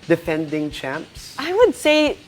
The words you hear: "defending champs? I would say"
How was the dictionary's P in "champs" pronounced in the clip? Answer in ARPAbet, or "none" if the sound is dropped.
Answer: P